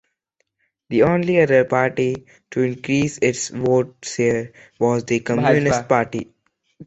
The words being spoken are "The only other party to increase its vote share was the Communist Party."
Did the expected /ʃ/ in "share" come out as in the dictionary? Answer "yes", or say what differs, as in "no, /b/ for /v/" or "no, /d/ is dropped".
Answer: no, /s/ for /ʃ/